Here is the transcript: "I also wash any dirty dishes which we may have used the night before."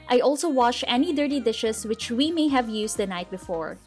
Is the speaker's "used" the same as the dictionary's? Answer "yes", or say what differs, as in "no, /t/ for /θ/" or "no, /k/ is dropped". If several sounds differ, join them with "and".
no, /s/ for /z/